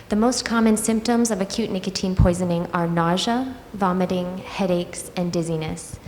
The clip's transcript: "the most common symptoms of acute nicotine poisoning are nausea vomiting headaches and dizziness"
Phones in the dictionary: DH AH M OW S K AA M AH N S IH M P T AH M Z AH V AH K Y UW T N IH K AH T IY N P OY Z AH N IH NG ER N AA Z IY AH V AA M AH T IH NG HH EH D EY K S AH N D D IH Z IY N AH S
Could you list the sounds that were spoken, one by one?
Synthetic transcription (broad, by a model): DH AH M OW S K AA M AH N S IH M P T AH M Z AH V AH K Y UW T N IH K AH T IY N P OY Z AH N IH NG ER N AA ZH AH V AA M AH T IH NG HH EH D EY K S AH N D D IH Z IY N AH S